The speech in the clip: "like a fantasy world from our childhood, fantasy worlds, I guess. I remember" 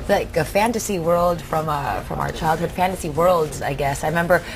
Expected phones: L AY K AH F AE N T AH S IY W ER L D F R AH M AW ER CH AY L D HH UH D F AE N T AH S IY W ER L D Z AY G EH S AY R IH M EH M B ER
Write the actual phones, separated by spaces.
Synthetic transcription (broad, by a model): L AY K AH F AE N T AH S IY W ER L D F R AH M AW ER CH AY L D HH UH D F AE N T AH S IY W ER L D Z AY G EH S AY R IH M EH M B ER